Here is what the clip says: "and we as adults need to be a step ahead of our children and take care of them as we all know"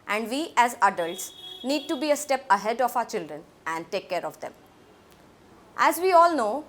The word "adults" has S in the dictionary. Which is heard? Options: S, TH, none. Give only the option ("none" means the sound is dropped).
S